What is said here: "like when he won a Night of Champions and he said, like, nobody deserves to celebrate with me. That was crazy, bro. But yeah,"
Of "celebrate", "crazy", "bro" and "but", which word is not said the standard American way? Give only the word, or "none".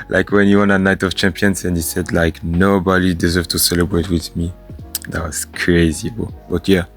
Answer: bro